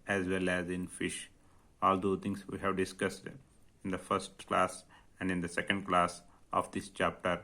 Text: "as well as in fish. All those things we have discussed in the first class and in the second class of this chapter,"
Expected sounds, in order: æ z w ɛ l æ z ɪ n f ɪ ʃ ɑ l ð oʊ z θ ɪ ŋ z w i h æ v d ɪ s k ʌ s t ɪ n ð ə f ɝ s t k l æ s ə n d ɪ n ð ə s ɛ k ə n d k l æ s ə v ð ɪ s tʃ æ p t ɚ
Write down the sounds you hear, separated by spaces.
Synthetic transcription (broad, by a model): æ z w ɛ l æ z ɪ n f ɪ ʃ ɑ l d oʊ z t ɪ ŋ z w i h æ v d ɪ s k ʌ s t ɪ n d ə f ɝ s t k l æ s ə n d ɪ n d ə s ɛ k ə n d k l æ s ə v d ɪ s tʃ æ p t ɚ